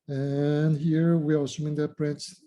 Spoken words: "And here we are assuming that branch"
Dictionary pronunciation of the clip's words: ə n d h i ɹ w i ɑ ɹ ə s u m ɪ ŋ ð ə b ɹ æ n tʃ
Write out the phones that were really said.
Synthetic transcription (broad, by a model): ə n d h i ɹ w i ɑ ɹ ə s u m ɪ ŋ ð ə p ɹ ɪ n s